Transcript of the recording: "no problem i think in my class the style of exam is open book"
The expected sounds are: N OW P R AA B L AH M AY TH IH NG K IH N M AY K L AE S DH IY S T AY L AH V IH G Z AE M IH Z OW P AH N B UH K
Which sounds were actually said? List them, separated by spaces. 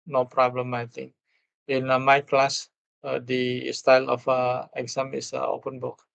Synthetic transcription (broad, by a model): N OW P R AA B L AH M AY T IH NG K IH N M AY K L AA S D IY S T AY L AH F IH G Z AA M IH S OW P AH N B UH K